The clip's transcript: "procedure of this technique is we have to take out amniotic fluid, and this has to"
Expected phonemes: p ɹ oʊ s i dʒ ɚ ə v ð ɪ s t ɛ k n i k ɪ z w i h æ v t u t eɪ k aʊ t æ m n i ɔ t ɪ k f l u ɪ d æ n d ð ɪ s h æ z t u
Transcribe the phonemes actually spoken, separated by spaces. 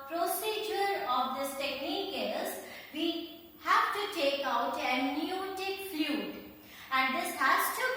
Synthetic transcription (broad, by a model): p ɹ oʊ s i dʒ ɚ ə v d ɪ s t ɛ k n i k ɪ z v i h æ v t u t eɪ k aʊ t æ n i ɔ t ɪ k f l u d æ n d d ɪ s h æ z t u